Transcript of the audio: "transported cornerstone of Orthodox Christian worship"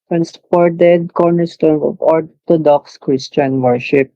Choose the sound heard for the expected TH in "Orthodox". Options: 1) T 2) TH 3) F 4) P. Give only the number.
1